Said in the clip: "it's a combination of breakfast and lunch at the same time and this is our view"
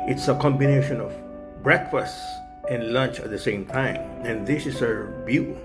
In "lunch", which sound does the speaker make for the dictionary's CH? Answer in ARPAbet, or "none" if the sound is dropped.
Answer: CH